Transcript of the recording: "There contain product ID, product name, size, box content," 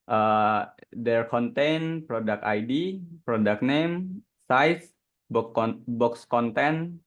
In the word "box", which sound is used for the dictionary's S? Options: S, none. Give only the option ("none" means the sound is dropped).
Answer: S